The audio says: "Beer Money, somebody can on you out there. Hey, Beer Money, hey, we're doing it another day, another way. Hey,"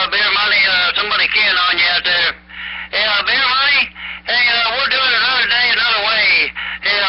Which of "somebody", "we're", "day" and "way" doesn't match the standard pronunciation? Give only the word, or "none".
we're